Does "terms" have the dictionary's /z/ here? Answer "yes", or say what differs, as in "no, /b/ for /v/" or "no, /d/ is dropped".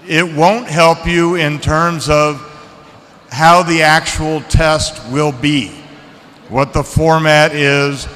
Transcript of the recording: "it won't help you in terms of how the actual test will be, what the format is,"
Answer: yes